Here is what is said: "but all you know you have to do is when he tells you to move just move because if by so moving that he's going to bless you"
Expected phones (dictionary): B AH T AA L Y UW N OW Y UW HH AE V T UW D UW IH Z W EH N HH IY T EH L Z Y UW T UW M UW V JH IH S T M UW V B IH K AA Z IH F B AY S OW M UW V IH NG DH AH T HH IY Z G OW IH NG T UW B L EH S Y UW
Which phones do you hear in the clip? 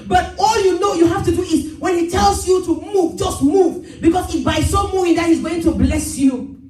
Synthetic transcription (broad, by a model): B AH T AA L Y UW N OW Y UW HH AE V T UW D UW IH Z W EH N HH IY T EH L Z Y UW T UW M UW V JH IH S T M UW V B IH K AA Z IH B AY S OW M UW IH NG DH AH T HH IY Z G OW IH NG T UW B L EH S Y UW